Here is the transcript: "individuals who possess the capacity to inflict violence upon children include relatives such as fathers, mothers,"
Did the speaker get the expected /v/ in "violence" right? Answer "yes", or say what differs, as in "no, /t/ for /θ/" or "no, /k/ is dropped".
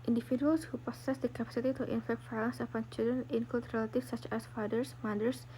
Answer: no, /f/ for /v/